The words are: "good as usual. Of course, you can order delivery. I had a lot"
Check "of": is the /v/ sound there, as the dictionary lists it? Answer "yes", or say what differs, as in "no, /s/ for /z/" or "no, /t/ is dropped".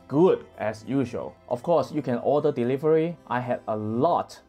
no, /f/ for /v/